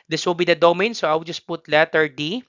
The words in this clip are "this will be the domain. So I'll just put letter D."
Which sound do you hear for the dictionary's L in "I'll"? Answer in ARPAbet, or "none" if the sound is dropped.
W